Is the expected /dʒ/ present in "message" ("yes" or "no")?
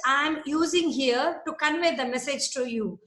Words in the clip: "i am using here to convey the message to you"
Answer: yes